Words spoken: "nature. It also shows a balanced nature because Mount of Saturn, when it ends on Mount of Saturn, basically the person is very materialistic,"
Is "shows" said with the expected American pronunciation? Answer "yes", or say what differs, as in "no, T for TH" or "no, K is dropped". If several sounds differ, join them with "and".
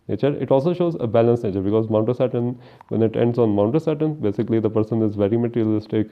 yes